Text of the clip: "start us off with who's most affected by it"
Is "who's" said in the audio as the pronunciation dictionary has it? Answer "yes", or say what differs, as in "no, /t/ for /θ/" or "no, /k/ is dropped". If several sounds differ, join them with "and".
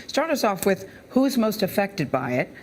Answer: yes